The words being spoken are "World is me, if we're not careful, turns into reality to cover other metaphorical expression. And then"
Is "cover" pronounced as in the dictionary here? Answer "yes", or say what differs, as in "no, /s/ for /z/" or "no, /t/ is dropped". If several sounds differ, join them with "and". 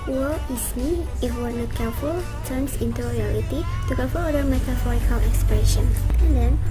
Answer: no, /f/ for /v/